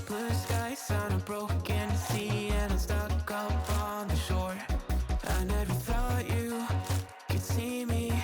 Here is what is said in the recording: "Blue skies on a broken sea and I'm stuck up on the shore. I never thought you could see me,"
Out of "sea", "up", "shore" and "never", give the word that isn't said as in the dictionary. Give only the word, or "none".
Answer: up